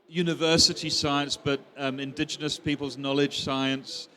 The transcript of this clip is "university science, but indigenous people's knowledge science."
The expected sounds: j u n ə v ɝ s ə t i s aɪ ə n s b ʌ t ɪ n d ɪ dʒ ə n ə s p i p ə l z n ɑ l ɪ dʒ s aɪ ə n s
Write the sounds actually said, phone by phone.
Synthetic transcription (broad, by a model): j u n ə v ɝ s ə t i s aɪ ə n s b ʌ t ɪ n d ɪ dʒ ə n ə s p i p ə l z n ɑ l ɪ dʒ s aɪ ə n s